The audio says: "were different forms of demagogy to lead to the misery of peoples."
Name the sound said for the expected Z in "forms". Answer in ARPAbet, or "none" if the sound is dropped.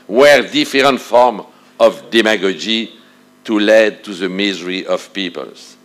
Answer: none